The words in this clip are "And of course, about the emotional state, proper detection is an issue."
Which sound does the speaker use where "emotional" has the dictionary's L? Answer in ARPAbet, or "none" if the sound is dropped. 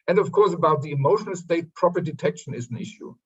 L